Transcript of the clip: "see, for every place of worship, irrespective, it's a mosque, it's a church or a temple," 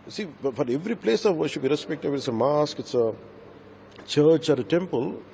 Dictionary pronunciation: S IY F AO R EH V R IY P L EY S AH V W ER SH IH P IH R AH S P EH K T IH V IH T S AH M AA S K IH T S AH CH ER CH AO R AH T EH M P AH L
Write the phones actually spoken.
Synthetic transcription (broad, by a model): S IY F AO R EH V R IY P L EY S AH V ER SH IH B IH R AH S P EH K T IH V IH T S AH M AA S K IH T S AH CH ER CH AO R AH T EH M P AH L